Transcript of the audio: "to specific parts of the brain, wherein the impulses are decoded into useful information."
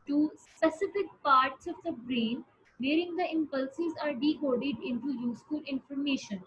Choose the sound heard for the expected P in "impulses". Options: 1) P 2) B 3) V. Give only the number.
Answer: 1